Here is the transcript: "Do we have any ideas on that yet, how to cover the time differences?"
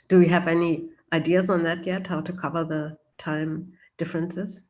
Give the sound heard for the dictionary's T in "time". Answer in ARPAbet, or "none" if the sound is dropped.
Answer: T